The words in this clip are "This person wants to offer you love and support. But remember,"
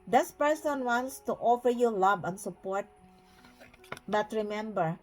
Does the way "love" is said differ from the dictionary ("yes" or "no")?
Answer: yes